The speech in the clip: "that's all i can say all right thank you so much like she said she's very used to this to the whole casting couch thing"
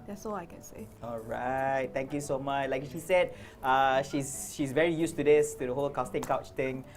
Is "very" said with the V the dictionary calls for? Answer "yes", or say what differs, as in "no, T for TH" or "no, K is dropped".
yes